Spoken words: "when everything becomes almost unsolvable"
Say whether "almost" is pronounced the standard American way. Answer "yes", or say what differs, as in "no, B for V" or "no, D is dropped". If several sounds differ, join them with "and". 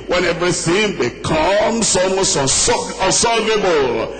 no, L is dropped